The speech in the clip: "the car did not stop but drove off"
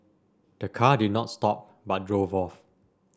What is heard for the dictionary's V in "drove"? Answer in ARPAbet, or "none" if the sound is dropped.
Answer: V